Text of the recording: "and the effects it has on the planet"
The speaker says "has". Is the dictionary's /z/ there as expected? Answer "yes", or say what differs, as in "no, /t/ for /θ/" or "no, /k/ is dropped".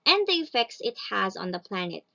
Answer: yes